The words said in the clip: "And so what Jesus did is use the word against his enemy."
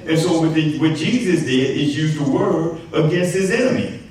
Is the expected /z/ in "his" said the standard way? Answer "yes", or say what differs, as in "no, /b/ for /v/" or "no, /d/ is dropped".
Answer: yes